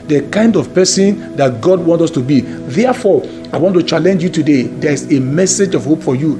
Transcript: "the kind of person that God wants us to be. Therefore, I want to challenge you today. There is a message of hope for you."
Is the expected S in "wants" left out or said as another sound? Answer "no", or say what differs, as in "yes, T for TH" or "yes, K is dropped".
yes, S is dropped